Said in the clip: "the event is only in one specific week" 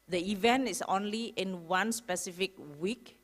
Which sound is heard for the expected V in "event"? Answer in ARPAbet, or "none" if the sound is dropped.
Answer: V